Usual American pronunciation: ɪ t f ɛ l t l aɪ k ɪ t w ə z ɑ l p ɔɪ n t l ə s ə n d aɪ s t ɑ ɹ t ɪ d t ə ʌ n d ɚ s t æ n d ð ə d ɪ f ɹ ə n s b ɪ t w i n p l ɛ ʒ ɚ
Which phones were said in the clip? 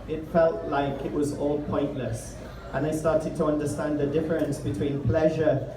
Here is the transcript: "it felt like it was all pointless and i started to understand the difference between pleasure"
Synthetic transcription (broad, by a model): ɪ t f ɛ l t l aɪ k ɪ t w ə z ɑ l p ɔɪ n t l ə s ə n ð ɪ s t ɑ ɹ t ɪ d t ə ʌ n d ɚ s t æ n ð ə d ɪ f ɹ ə n s b ɪ t w i n p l ɛ ʒ ɚ